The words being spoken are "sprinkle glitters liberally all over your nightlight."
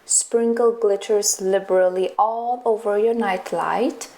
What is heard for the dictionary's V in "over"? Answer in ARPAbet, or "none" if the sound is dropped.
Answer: V